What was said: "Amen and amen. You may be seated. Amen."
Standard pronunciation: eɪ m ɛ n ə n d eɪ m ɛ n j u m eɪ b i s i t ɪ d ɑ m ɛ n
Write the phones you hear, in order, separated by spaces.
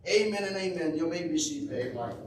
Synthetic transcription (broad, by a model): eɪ m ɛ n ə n eɪ m ɛ n j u m eɪ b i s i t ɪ ɑ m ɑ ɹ